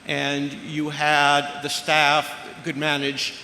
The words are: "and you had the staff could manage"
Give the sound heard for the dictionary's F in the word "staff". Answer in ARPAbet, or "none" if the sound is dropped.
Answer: F